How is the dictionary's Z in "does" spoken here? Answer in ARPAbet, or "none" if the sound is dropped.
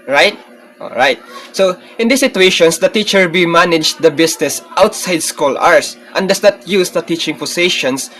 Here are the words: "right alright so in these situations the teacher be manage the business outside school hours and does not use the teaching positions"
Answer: S